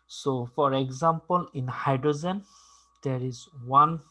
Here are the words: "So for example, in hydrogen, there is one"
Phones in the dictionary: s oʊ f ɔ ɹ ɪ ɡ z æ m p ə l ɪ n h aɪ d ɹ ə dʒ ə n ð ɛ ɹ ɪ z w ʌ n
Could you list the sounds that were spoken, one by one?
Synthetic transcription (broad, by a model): s oʊ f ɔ ɹ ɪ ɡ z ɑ m p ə l ɪ n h aɪ d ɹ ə z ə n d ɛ ɹ ɪ z w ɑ n